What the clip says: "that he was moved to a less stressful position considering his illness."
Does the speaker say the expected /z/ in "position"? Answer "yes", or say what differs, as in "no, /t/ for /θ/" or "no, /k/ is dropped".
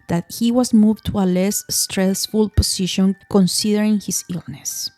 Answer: no, /s/ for /z/